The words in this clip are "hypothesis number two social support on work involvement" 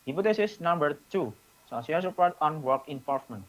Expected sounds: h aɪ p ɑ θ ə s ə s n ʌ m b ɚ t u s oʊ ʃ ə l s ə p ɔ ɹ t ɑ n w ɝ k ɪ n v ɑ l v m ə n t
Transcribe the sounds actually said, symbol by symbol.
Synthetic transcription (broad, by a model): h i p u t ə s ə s n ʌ m b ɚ t u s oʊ s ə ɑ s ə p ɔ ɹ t ɑ n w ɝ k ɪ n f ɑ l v m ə n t